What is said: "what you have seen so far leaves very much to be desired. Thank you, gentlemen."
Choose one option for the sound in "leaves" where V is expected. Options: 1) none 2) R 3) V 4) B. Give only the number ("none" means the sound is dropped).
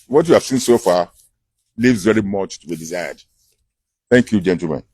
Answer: 3